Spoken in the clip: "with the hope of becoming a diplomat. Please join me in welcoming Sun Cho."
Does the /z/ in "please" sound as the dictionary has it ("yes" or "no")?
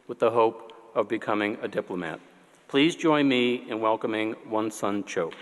yes